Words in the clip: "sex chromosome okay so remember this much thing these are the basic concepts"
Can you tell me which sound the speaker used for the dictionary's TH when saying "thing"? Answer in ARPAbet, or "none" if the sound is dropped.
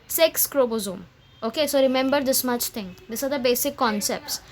T